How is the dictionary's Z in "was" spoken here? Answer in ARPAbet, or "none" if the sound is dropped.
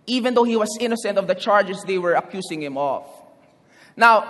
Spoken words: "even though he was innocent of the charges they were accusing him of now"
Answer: S